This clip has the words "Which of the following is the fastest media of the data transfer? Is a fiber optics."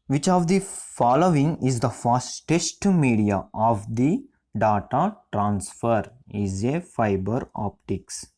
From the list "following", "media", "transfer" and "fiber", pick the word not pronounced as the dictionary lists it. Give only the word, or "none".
none